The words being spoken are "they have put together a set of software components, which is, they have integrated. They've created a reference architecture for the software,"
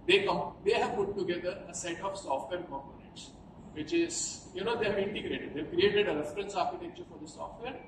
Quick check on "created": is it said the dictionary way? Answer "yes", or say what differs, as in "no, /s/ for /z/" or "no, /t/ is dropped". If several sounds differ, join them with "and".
yes